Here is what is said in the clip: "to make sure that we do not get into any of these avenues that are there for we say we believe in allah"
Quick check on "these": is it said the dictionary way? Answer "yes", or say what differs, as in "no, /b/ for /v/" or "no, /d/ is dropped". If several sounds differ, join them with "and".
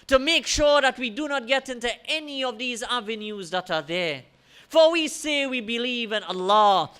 yes